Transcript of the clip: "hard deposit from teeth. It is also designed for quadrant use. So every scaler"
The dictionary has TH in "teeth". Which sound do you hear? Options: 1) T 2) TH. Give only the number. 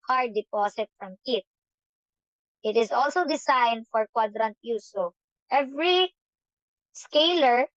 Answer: 1